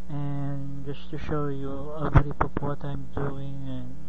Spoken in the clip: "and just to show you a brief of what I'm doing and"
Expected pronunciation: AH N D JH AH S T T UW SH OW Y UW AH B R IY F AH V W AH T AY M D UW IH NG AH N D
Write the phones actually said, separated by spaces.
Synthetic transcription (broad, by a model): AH N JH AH S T T UW SH OW Y UW AH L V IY P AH P W AH T AY M D UW IH NG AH N